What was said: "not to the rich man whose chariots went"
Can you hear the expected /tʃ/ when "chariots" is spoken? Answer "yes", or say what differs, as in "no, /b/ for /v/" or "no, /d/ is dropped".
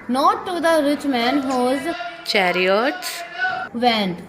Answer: yes